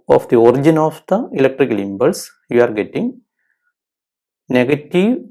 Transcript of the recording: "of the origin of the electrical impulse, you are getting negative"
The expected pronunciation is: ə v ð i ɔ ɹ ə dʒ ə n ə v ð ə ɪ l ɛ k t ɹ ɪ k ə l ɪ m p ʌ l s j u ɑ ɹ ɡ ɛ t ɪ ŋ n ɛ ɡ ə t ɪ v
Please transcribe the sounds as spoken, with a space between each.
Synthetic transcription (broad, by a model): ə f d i ɔ ɹ ə dʒ ə n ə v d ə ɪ l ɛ k t ɹ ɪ k l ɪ m b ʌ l s j u ɑ ɹ ɡ ɛ t ɪ ŋ n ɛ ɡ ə t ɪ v